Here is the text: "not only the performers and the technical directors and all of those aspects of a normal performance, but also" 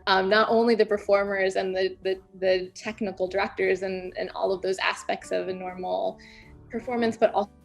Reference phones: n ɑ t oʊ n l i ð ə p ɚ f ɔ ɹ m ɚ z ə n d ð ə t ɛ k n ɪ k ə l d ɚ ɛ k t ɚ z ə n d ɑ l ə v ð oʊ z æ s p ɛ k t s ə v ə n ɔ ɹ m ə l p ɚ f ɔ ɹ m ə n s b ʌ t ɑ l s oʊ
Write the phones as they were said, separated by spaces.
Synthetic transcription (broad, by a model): n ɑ t oʊ n l i ð ə p ɚ f ɔ ɹ m ɚ z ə n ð ð ə t ɛ k n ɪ k l d ɚ ɛ k t ɚ z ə n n ɑ l ə v ð oʊ z æ s p ɛ k t s ə v ə n ɔ ɹ m l p ɚ f ɔ ɹ m ə n s b ʌ t ɑ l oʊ